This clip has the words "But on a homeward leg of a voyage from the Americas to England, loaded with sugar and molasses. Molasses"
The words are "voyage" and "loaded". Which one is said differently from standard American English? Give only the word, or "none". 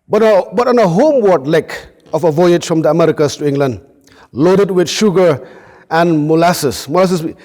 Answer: none